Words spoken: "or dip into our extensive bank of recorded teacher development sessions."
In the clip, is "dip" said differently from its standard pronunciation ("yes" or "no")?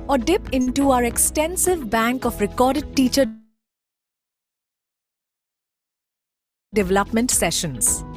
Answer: no